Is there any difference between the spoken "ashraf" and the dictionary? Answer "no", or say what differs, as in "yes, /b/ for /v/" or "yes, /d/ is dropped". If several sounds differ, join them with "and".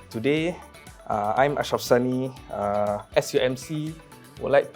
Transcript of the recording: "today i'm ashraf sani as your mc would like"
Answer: yes, /ɹ/ is dropped